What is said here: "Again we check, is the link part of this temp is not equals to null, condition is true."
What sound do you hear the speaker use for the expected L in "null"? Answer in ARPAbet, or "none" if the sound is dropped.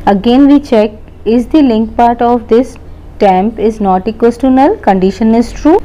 L